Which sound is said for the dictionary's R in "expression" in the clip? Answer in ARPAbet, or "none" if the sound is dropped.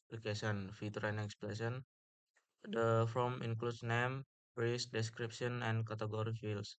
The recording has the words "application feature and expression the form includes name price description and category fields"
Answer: L